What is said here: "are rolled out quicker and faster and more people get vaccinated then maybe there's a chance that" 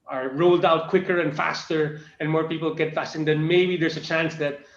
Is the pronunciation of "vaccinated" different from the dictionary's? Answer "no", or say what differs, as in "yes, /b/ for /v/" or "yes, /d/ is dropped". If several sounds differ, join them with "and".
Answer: yes, /f/ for /v/ and /k/ is dropped